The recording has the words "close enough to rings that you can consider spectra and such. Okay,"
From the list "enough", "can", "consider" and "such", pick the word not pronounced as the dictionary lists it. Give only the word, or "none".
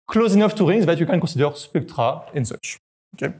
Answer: consider